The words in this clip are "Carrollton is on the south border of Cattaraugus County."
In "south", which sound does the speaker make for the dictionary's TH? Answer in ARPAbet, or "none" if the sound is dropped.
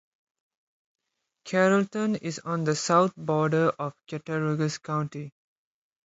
T